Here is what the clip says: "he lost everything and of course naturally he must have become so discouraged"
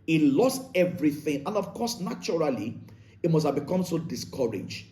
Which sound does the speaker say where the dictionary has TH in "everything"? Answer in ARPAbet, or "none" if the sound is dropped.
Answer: TH